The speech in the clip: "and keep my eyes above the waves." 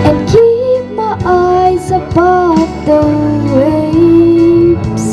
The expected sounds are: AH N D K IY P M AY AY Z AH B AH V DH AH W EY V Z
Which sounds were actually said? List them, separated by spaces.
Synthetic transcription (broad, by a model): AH N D K IY P M AY AY Z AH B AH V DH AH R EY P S